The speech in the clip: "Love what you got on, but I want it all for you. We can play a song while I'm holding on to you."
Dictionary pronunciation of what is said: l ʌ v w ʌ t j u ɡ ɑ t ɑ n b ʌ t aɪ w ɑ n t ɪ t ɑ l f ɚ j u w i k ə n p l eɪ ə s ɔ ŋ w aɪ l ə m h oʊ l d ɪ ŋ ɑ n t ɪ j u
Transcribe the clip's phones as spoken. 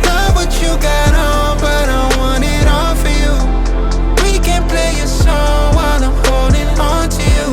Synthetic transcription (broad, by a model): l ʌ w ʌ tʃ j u ɡ ɑ t ɑ n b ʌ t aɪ w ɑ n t ɪ t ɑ n f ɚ j u w i k ə n p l eɪ ə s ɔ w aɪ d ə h oʊ l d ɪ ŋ ɑ n t ɪ j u